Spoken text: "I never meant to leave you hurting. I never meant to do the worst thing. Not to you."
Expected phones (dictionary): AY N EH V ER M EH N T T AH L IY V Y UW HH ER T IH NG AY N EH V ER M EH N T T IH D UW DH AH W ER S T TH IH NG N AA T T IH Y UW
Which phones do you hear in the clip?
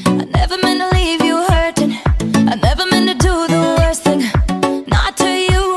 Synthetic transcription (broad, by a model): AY N EH V ER M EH N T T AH L IY V Y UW HH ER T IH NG AY N EH V ER M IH N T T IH D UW DH AH W ER S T TH IH NG N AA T T IH Y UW